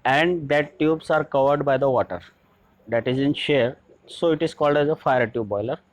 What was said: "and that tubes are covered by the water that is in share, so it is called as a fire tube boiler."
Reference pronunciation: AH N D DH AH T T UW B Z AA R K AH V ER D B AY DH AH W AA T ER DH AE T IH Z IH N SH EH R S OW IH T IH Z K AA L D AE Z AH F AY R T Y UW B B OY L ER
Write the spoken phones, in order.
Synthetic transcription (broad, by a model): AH N D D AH T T UW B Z AA R K AH V ER D B AY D AH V AA T ER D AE T IH Z IH N SH EH R S OW IH T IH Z K AA L D AE Z AH F AY R T Y UW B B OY L ER